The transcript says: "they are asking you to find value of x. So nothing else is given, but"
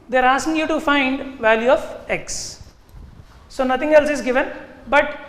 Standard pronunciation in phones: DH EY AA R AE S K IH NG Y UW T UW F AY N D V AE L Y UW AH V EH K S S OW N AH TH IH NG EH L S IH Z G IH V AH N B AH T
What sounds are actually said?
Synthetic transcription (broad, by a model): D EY R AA S K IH NG Y UW T UW F AY N D V AE L Y UW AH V EH K S S OW N AH T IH NG EH L S IH Z G IH V AH N B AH T